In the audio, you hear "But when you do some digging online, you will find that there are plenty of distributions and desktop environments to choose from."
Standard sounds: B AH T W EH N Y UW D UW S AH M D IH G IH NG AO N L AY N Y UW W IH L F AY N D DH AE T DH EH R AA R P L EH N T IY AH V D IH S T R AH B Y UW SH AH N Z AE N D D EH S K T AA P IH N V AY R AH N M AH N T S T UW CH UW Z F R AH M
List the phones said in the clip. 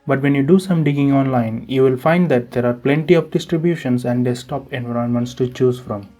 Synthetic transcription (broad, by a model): B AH T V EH N Y UW D UW S AH M D IH G IH NG AO N L AY N Y UW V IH L F AY N D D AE T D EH R AA R P L EH N T IY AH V D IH S T R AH B Y UW SH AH N S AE N D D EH S T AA P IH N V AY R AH N M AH N T S T UW CH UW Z F R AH M